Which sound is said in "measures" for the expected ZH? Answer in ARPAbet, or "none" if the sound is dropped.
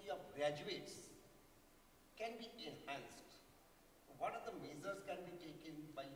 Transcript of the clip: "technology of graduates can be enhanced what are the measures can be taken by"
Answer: Z